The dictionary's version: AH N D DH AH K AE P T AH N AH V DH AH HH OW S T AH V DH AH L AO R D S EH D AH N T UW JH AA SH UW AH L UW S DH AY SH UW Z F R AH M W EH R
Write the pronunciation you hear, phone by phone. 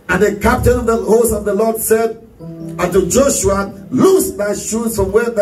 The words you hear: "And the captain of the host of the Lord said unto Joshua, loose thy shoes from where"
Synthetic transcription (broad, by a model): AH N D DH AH K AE P T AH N AH V DH AH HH OW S AH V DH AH L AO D S EH D AH N T UW JH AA SH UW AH L UW S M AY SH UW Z F R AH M W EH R